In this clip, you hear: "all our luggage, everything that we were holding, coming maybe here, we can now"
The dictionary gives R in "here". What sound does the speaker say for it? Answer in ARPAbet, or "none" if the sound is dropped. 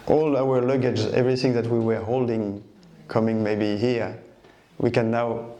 R